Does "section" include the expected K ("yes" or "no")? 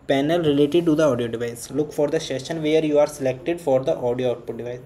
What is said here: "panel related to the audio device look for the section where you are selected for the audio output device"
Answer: no